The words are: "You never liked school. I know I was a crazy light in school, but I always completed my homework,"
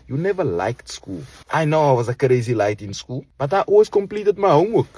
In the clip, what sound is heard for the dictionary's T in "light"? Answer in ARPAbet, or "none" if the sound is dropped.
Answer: T